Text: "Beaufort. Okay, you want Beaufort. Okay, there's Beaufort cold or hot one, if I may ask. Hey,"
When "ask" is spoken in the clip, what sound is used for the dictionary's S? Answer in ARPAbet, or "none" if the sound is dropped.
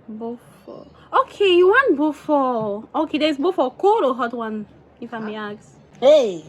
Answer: none